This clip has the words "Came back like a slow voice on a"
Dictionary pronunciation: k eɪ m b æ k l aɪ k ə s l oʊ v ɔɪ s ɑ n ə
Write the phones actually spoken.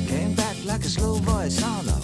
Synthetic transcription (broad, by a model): k eɪ m b æ k l aɪ k ə s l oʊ b ɔɪ s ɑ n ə